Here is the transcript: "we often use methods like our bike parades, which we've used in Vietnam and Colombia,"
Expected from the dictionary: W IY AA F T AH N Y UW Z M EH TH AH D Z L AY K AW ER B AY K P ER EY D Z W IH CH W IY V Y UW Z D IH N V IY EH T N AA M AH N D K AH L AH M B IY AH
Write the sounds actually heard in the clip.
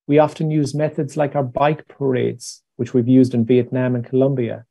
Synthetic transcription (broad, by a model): W IY AA F T AH N Y UW Z M EH TH AH D Z L AY K AW ER B AY K P ER EY D Z W IH CH W IY V Y UW Z D IH N V IY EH T N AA M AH N K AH L AH M B IY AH